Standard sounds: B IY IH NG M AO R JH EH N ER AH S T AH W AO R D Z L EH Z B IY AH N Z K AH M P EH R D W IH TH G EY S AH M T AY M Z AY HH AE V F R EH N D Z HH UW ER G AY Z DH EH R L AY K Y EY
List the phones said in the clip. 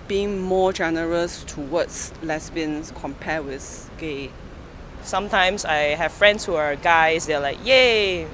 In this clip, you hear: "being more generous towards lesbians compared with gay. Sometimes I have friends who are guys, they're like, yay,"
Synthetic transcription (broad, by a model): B IY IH NG M AO JH EH N ER AH S T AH W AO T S L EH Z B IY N S K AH M P EH W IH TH G EY S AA M T AY M S AY HH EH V F R EH N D S HH UW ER G AY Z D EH L AY K Y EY